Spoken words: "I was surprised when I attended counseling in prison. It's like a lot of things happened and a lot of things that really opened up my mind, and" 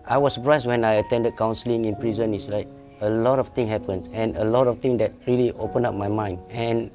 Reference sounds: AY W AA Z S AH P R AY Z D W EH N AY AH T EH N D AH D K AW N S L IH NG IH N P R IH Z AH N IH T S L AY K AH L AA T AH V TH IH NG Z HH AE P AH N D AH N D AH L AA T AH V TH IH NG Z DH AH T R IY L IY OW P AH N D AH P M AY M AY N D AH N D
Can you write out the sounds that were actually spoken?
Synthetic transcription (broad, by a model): AY W AA S AH P R AY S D W EH N AY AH T EH N D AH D K AW N S L IH NG IH N P R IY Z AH N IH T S L AY K AH L AA T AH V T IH NG HH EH P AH N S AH N AH L AA T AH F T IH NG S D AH T R IY L IY OW P AH N AA P M AY M AY N D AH N